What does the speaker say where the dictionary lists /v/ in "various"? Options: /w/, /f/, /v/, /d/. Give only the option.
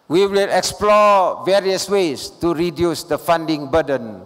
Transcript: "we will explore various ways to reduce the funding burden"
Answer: /v/